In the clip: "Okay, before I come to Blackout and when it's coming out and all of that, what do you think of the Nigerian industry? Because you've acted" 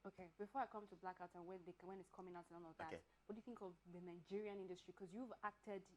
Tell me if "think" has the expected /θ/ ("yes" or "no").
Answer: yes